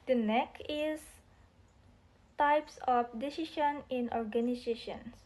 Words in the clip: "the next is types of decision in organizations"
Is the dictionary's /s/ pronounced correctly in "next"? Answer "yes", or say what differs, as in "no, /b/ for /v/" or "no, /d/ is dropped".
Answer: no, /s/ is dropped